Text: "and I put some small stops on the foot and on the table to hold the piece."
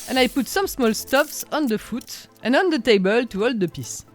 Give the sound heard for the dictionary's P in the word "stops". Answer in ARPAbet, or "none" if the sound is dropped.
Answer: F